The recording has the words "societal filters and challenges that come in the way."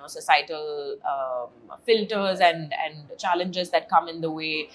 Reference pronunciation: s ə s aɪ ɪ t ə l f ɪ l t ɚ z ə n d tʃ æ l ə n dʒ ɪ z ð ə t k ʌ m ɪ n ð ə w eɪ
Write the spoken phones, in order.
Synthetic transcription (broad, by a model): s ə s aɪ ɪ t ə l f ɪ l t ɚ z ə n d tʃ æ l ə n dʒ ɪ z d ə t k ʌ m ɪ n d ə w eɪ